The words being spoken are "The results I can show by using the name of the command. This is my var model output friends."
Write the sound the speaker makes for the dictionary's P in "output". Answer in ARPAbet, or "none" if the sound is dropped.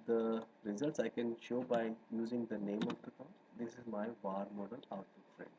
none